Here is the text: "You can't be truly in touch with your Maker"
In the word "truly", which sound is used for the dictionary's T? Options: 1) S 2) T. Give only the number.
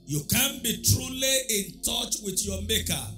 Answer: 2